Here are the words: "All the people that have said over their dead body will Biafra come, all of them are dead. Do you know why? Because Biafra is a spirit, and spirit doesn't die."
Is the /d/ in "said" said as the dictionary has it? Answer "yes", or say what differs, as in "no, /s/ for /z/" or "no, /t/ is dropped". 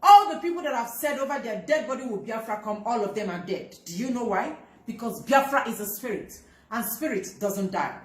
yes